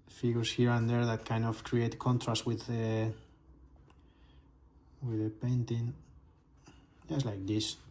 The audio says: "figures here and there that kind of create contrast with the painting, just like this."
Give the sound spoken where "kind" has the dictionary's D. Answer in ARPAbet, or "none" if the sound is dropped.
D